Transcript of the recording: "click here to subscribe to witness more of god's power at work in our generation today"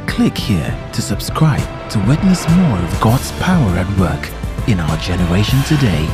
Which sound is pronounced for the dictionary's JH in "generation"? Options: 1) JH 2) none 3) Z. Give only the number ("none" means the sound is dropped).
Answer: 1